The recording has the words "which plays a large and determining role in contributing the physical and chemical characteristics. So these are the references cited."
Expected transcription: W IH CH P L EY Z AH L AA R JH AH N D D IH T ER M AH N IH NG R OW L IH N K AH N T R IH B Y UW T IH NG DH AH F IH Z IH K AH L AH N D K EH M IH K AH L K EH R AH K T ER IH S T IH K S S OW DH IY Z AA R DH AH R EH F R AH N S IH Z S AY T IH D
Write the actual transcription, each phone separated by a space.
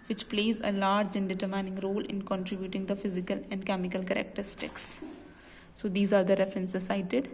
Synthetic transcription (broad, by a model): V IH CH P L EY Z AH L AA R JH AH N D D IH T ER M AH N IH NG R OW L IH N K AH N T R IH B Y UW T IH NG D AH F IH Z IH K AH L AH N D K EH M IH K AH L K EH R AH K T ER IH S T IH K S S OW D IY Z AA R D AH R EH F R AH N S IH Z S AY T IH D